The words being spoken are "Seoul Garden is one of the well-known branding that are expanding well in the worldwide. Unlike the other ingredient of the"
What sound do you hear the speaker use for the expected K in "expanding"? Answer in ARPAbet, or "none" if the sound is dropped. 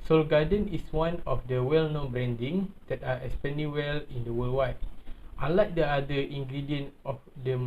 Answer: none